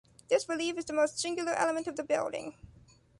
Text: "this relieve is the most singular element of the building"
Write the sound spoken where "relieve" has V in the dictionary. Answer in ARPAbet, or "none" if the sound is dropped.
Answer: F